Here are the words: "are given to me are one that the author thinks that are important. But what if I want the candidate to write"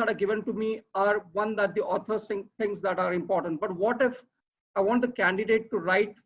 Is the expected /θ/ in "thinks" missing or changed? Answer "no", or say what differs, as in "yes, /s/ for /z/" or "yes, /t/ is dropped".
yes, /s/ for /θ/